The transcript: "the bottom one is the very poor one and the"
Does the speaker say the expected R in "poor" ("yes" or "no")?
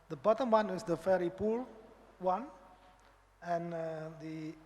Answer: no